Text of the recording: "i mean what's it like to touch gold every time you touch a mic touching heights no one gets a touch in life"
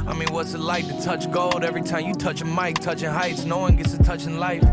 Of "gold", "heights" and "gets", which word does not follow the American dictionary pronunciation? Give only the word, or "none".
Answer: none